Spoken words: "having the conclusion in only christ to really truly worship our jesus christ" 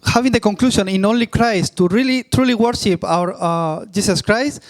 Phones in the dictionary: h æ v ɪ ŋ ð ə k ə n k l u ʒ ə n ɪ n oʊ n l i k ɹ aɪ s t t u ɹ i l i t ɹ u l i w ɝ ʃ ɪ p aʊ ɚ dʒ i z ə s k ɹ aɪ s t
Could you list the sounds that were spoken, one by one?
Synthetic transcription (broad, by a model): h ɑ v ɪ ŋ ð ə k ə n k l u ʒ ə n ɪ n oʊ n l i k ɹ aɪ s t t u ɹ i l i t ɹ u l i w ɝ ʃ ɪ p aʊ ɚ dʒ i s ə s k ɹ aɪ s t